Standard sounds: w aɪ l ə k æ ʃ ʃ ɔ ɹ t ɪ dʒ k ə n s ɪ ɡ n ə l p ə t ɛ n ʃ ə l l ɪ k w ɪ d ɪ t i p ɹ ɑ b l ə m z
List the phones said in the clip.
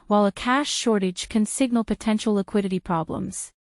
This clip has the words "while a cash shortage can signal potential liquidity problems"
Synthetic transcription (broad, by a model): w aɪ l ə k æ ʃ ʃ ɔ ɹ t ɪ dʒ k ə n s ɪ ɡ n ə l p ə t ɛ n ʃ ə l l ɪ k w ɪ d ɪ t i p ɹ ɑ b l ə m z